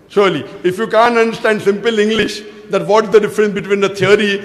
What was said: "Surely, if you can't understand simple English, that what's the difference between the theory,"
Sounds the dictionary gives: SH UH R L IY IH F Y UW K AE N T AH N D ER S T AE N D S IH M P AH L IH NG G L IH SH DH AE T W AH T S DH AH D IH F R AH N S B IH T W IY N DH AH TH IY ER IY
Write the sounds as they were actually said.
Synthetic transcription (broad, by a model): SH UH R L IY IH F Y UW K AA N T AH N D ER S T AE N D S IH M P AH L IH NG G L IH SH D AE T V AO T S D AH D IH F R AH N S B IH T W IY N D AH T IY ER IY